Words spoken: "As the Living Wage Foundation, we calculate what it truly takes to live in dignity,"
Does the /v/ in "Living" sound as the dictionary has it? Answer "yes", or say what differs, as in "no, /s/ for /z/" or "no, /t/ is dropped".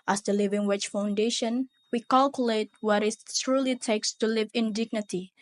yes